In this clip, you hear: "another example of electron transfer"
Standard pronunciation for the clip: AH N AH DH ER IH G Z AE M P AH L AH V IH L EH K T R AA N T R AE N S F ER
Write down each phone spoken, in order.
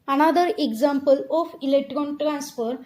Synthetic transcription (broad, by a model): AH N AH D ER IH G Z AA M P AH L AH F IH L EH K T R AA N T R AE N S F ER